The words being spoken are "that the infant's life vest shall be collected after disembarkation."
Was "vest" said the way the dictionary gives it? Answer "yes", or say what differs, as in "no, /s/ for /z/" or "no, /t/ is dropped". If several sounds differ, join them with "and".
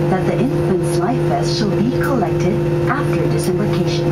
no, /b/ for /v/